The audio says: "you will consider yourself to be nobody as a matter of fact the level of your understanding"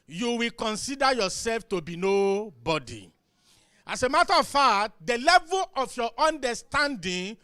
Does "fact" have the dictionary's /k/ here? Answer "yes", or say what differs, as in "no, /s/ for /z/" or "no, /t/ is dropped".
no, /k/ is dropped